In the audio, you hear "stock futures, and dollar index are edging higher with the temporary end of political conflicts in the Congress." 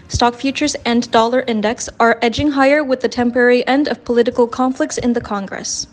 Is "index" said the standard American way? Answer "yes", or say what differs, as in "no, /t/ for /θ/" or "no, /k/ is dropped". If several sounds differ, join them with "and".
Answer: yes